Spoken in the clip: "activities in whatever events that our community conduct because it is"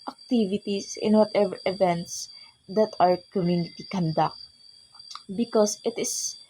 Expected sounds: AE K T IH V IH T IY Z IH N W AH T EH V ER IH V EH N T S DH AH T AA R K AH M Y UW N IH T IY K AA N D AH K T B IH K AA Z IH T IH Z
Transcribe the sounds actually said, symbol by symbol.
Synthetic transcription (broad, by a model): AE K T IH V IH T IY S IH N W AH T EH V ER IH V EH N T S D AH T AA R K AH M Y UW N IH T IY K AA N D AH K T B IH K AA S IH T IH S